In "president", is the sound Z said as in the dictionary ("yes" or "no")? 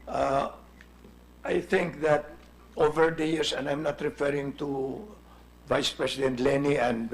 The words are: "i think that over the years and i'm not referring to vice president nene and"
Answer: no